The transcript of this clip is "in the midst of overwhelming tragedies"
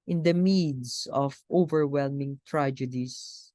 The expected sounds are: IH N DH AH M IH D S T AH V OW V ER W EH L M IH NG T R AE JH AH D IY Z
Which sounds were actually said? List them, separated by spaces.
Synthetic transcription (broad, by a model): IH N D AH M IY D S AH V OW V ER W EH L M IH NG T R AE JH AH D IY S